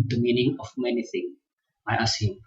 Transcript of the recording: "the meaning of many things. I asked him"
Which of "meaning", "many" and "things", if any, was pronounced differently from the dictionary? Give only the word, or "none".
things